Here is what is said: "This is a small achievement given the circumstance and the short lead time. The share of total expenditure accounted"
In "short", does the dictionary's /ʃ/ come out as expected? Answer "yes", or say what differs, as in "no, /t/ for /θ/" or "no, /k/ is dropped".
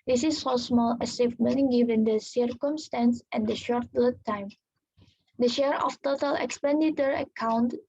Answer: yes